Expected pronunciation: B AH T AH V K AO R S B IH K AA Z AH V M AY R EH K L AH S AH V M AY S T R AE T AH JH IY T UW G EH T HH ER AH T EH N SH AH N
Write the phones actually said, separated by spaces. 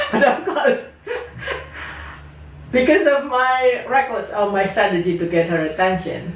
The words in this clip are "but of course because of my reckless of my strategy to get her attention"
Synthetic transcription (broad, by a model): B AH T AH F K AO S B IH K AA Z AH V M AY R EH K AH S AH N M AY S T R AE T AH JH IY T UW G EH T HH ER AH T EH N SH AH N